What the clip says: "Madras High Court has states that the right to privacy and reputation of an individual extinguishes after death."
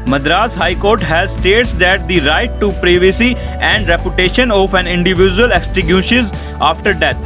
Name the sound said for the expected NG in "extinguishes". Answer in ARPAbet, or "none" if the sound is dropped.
none